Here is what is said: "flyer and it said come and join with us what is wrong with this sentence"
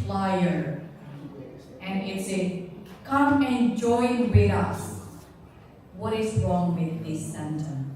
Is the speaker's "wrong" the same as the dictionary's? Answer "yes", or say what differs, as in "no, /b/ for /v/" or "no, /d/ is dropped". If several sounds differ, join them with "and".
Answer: yes